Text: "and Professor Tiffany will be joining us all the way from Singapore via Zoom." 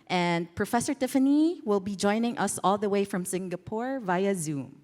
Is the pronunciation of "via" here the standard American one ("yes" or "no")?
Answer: yes